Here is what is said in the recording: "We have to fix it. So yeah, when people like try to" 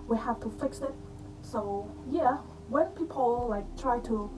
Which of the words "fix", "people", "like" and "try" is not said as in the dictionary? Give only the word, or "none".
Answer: none